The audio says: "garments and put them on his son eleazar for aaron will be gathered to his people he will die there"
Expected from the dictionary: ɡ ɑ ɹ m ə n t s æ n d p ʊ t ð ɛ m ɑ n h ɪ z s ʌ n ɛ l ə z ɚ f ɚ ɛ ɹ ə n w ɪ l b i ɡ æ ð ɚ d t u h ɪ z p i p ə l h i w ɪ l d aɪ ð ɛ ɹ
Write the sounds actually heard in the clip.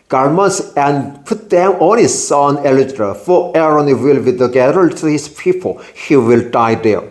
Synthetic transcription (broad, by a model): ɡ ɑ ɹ m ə n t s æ n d p ʊ t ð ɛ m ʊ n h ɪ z s ʌ n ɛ l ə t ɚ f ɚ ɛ ɹ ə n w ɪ l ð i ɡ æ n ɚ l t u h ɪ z p i p ə l h i w ɪ l d aɪ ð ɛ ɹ